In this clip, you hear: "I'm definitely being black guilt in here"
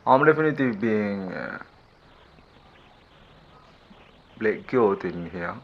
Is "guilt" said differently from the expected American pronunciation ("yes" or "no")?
yes